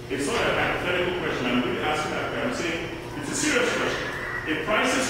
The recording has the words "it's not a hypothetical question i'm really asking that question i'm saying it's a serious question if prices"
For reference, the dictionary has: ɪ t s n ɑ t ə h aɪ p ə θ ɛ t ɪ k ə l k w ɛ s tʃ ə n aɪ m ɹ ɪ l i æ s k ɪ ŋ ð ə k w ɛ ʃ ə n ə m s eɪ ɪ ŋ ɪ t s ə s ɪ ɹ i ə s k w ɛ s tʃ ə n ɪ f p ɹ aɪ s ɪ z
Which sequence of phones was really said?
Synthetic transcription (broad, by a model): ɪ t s l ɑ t ə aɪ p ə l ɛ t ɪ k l k w ɛ s tʃ ə n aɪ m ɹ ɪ i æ s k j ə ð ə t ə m s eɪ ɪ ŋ ɪ t s ə s ɪ ɹ i ə s k w ɛ s tʃ ə n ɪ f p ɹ aɪ s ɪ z